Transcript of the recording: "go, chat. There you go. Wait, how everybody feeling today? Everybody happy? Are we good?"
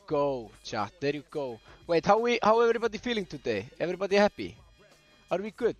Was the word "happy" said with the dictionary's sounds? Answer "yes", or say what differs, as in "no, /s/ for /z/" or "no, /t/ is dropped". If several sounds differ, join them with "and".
no, /b/ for /p/